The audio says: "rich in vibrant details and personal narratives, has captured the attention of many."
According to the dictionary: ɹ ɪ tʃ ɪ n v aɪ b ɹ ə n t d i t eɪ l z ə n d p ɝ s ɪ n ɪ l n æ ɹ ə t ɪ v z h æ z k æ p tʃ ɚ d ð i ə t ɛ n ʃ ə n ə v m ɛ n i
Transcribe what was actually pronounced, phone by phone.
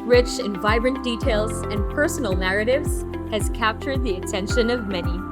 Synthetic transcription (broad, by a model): ɹ ɪ tʃ ɪ n v aɪ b ɹ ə n d i t eɪ l z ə n p ɝ s n l n æ ɹ ə t ɪ v z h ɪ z k æ p tʃ ɚ d ð i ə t ɛ n ʃ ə n ə v m ɛ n i